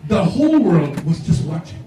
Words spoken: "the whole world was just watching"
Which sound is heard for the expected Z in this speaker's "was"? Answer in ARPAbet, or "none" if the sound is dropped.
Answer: Z